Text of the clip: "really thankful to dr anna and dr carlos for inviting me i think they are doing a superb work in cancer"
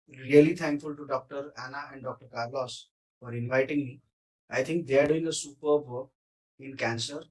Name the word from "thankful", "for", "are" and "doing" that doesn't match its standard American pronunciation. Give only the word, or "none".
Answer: thankful